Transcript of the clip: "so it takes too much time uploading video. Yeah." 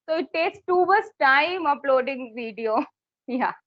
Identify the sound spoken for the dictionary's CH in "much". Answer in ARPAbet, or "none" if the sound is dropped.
S